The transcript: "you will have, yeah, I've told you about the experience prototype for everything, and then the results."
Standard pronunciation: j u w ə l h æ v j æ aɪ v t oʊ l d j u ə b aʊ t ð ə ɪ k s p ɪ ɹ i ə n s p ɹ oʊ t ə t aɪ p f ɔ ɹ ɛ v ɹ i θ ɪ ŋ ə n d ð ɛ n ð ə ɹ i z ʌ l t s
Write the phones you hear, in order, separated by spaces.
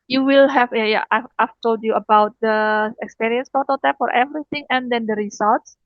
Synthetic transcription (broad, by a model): j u w ə l h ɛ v j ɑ aɪ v t oʊ l d j u ə b aʊ t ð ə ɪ k s p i ɹ i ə n s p oʊ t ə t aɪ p f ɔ ɹ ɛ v ɹ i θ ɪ ŋ ə n d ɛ n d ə ɹ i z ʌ l t s